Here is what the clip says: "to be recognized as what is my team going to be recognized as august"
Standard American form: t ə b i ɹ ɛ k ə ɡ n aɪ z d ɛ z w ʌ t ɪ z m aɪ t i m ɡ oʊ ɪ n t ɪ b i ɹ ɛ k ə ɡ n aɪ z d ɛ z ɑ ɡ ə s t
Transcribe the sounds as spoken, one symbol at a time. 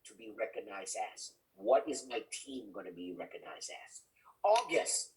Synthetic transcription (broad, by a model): t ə b i ɹ ɛ k ə ɡ n aɪ z d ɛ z w ʌ t ɪ z m aɪ t i m ɡ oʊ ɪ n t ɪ b i ɹ ɛ k ə ɡ n aɪ z d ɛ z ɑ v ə s